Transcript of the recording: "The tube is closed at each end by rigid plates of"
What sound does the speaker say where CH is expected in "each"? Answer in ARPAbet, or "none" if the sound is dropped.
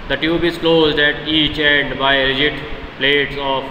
CH